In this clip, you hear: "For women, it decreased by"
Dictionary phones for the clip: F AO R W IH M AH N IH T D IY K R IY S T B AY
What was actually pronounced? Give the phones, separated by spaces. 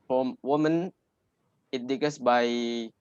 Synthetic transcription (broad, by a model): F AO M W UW M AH N IH T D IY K AH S B AY